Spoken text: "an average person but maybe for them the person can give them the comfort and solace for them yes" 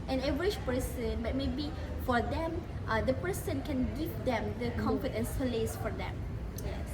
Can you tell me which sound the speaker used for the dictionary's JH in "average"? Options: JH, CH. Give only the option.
CH